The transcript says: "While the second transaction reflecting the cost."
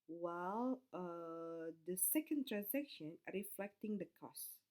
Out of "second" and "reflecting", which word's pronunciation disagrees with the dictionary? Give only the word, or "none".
none